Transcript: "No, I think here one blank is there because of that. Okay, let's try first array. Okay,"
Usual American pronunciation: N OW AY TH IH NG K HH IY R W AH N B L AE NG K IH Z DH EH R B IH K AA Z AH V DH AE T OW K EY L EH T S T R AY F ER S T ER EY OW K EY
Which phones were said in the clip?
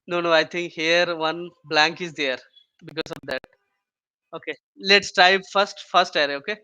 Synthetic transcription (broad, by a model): N OW AY T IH NG K HH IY R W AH N B L AE NG K IH Z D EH R B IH K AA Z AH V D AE T OW K EY L EH T S T R AY F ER S T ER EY OW K EY